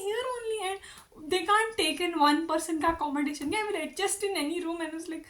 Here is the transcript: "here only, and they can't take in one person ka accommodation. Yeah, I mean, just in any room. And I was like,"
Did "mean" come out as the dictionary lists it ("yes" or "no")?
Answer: no